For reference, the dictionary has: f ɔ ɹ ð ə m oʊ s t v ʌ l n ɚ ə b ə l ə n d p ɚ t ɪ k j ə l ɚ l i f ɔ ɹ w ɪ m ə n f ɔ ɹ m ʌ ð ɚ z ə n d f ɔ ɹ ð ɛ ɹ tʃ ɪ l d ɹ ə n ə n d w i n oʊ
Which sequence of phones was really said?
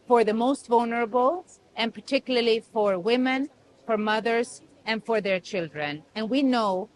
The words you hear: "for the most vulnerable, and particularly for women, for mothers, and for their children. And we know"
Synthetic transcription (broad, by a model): f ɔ ɹ ð ə m oʊ s t v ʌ l n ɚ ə b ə l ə n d p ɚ t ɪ k j l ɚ l i f ɔ ɹ w ɪ m ə n f ɔ ɹ m ʌ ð ɚ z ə n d f ɔ ɹ ð ɛ ɹ tʃ ɪ l d ɹ ə n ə n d w i n oʊ